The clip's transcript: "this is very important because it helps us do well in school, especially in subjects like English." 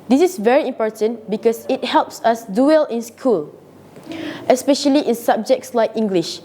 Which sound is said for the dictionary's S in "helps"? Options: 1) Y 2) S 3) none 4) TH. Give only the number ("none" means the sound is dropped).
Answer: 2